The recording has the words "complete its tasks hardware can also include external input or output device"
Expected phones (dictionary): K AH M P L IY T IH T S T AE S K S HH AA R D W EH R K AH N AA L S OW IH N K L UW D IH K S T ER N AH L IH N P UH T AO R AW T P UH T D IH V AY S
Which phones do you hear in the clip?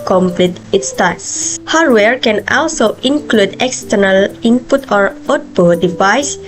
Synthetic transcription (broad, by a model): K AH M P L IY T IH T S T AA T S HH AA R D W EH R K AH N AA L S OW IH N K L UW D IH K S T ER N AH L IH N P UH T AO R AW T B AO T D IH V AY S